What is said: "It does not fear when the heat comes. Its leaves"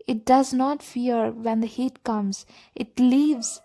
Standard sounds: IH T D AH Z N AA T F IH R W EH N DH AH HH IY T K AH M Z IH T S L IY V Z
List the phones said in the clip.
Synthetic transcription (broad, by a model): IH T D AH Z N AA T F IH R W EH N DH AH HH IY T K AH M Z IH T L IY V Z